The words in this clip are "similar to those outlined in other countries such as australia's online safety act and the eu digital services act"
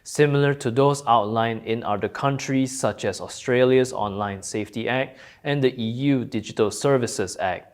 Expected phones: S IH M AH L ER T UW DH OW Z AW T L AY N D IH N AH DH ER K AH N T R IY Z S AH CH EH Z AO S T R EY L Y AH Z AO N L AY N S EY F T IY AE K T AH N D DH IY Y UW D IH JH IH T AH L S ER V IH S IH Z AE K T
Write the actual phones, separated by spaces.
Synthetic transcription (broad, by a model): S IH M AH L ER T UW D OW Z AW T L AY N IH N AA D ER K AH N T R IY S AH CH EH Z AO S T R EY L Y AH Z AO N L AY N S EY F T IY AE K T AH N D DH IY Y UW D IH JH IH T AH L S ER V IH S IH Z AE K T